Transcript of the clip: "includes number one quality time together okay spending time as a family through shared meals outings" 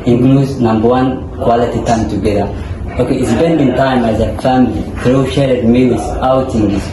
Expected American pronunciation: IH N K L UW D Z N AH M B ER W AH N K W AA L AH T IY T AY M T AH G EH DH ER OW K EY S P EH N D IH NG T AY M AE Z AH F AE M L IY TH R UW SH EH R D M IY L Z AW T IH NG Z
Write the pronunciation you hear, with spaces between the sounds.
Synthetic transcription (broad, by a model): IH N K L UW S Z N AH M B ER W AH N K W AA L AH T IY T AY M T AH G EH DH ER OW K EY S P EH N D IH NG T AY M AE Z AH F AE M L IY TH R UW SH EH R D M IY W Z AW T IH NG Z